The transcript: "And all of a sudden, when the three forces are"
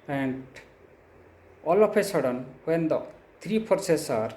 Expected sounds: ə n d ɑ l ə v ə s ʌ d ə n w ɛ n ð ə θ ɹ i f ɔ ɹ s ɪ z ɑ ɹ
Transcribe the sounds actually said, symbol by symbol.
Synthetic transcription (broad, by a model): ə n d ɑ l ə p ə s ʌ d ə n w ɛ n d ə t ɹ i p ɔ ɹ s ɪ s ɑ ɹ